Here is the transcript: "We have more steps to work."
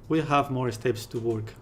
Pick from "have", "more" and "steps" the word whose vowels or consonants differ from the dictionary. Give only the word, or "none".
none